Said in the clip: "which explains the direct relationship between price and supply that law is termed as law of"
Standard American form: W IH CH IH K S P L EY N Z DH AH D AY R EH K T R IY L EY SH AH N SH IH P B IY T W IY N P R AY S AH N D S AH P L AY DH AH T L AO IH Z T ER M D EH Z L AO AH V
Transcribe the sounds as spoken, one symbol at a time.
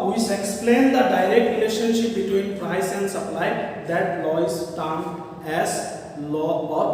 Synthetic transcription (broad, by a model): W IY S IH K S P L EY N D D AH D AY R EH K T R IY L EY SH AH N SH IH P B IY T W IY N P R AY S AH N D S AH P L AY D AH T L AO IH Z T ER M EH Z L AO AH